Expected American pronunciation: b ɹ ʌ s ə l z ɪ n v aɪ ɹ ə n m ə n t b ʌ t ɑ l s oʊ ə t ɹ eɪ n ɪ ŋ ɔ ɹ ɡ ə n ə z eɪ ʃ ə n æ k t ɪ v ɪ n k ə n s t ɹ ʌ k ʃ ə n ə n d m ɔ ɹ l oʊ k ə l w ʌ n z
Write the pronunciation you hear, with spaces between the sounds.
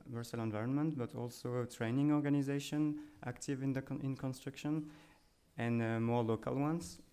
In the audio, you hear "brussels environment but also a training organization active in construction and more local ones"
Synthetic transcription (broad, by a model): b ɹ s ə l ɪ n v aɪ ɹ ə n m ə n t b ʌ t ɑ l s oʊ t ɹ eɪ n ɪ ŋ ɔ ɹ ɡ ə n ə z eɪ ʃ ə n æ k t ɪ v ɪ n k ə n s t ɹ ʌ k ʃ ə n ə n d m ɔ ɹ l oʊ k ə l w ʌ n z